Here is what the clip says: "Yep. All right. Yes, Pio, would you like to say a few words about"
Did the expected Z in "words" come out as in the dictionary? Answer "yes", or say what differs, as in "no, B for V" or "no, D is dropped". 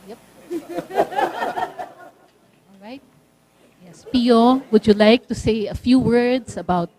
no, S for Z